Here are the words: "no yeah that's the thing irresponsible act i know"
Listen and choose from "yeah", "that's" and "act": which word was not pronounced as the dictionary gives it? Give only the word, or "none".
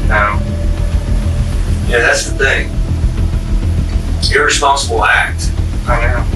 none